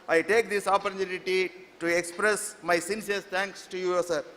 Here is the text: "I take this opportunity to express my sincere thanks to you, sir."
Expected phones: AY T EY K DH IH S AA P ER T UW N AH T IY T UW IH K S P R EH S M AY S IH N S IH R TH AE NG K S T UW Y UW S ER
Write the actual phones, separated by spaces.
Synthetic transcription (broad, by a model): AY T EY K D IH S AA P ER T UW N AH T IY T UW IH K S P R EH S M AY S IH N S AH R S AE NG K S T UW Y UW S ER